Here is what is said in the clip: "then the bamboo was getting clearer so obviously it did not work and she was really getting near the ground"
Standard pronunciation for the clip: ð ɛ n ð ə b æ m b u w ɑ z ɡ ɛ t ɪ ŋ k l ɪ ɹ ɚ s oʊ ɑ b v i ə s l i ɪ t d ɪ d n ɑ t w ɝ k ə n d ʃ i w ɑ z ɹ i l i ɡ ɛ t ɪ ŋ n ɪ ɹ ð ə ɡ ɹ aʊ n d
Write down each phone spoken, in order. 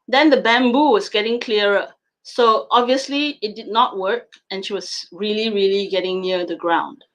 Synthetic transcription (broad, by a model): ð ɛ n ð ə b æ m b u w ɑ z ɡ ɛ t ɪ ŋ k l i ɹ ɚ s oʊ ɑ b v i ə s l i ɪ t d ɪ d n ɑ t w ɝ k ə n ʃ i w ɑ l ɹ i l i ɡ ɛ t ɪ ŋ n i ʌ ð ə ɡ ɹ aʊ n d